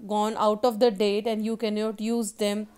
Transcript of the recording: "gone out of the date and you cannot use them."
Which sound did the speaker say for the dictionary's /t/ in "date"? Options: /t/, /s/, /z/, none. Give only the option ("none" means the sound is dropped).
/t/